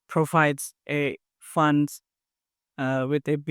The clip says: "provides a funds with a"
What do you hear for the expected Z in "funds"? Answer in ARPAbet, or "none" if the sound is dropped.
none